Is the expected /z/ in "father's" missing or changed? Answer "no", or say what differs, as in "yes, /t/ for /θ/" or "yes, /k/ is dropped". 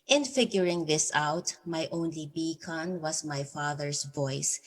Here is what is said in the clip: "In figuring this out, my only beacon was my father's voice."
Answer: yes, /s/ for /z/